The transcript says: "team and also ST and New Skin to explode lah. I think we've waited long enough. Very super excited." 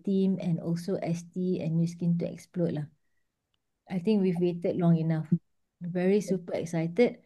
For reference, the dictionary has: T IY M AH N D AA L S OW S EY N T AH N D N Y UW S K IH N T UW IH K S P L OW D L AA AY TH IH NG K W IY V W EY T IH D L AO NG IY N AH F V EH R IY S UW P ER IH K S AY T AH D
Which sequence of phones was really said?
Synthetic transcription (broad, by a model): T IY M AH N AA L S OW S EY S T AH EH N Y UW S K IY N T UW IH K S P L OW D L AA AY T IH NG K W IY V W EY T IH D L AO NG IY N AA F V EH R IY S UW P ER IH K S AY T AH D